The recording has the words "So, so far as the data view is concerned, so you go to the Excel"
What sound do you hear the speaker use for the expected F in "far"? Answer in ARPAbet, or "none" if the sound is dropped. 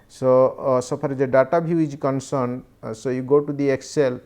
P